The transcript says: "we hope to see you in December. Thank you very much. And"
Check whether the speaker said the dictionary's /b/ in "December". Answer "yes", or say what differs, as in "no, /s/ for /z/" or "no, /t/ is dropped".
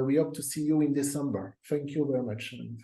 yes